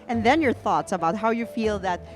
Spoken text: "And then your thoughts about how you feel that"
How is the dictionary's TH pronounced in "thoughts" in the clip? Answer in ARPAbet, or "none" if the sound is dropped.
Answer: TH